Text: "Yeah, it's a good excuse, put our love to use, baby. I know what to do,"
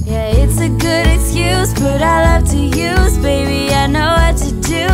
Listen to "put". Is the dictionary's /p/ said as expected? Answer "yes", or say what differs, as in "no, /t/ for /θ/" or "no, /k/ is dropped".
no, /b/ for /p/